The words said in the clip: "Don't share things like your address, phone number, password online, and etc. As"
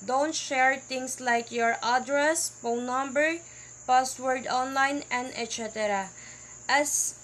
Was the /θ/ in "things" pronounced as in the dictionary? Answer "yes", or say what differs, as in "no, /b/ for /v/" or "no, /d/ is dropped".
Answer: no, /t/ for /θ/